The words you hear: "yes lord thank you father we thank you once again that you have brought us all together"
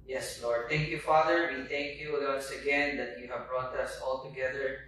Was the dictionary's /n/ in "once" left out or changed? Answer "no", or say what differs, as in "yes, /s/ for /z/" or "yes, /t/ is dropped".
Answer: yes, /n/ is dropped